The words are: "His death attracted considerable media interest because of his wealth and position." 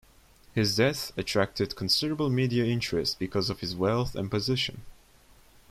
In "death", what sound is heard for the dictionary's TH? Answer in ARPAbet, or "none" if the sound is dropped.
TH